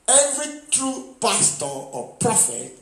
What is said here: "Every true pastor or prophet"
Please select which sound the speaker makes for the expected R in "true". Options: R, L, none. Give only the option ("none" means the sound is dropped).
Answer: R